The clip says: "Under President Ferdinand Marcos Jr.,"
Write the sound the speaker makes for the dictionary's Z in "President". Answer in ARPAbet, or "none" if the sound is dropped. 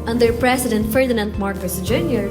S